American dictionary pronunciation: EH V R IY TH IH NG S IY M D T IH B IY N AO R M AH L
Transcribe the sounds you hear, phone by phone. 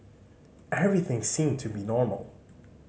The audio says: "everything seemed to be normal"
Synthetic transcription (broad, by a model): EH V R IY TH IH NG S IY M T IH B IY N AO R M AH L